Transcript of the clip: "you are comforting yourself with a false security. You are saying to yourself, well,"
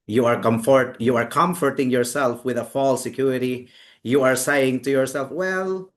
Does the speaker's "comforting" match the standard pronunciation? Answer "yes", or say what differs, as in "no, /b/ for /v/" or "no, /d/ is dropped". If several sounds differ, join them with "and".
yes